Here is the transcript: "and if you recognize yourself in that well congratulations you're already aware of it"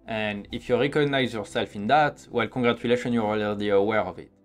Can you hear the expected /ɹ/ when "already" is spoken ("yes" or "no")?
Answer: no